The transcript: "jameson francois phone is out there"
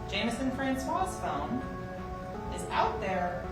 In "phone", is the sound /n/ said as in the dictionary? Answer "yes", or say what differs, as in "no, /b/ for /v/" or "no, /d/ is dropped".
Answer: no, /l/ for /n/